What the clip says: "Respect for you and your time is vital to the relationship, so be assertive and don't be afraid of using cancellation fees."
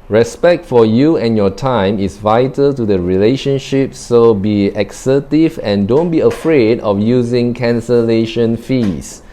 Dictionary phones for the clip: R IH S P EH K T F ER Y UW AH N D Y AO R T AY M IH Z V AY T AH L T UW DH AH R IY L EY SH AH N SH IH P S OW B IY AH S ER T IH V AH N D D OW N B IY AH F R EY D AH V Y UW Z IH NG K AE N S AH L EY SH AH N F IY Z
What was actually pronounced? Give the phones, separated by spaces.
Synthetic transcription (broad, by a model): R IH S P EH K T F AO Y UW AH N Y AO T AY M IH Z V AY T AH L T UW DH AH R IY L EY SH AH N SH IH P S OW B IY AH S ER T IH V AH N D D OW N B IY AH F R EY D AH F Y UW Z IH NG K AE N S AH L EY SH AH N F IY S